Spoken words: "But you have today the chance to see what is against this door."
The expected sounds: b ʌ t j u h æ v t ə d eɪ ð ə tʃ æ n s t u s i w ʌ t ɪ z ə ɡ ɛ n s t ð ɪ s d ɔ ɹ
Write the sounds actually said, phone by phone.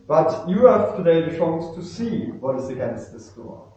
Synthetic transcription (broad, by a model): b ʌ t j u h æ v t ə d eɪ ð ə ʃ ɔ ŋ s t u s i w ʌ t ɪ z ə ɡ ɛ n s t ð ɪ s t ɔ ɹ